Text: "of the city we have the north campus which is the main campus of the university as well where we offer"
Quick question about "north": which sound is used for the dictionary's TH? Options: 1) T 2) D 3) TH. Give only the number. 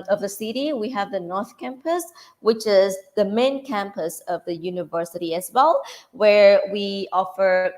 3